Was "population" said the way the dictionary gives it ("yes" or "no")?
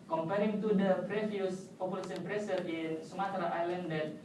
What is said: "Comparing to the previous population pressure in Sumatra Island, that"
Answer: no